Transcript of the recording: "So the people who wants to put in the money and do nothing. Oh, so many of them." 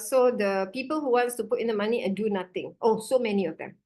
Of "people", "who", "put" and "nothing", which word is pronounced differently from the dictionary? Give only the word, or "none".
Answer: nothing